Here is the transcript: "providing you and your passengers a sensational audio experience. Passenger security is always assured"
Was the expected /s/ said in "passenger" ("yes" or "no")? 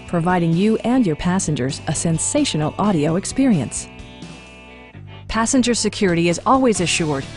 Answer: yes